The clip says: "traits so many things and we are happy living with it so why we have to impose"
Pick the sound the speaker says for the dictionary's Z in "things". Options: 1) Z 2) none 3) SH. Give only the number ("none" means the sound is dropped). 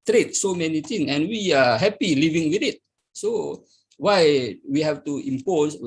2